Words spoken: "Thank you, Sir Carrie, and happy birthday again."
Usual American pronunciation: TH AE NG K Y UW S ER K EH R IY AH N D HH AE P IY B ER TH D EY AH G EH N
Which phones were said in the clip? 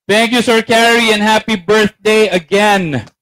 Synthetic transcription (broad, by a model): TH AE NG K Y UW S ER K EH R IY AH N HH AE P IY B ER TH D EY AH G EH N